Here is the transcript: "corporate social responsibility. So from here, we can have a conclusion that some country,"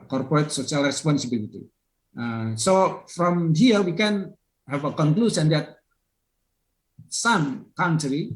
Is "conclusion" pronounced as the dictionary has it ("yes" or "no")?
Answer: no